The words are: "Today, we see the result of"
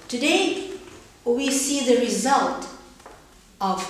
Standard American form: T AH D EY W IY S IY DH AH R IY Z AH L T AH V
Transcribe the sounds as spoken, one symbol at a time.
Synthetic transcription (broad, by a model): T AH D EY W IY S IY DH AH R IY Z AH L T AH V